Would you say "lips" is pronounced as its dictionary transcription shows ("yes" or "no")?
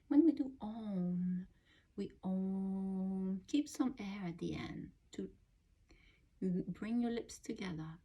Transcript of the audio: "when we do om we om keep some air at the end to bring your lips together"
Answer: yes